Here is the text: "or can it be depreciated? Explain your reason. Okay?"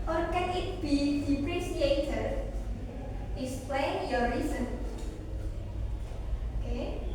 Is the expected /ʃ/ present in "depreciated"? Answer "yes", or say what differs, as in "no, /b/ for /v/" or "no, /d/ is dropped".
no, /s/ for /ʃ/